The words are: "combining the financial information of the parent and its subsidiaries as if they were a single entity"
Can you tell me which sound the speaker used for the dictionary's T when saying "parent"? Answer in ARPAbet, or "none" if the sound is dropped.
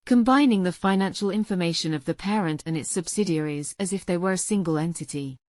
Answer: T